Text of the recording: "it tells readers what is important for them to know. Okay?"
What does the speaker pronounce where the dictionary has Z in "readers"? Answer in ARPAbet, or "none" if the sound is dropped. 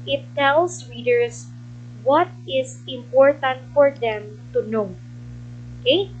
S